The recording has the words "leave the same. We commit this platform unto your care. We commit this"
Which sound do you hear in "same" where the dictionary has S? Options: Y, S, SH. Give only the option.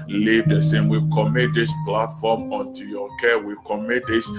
S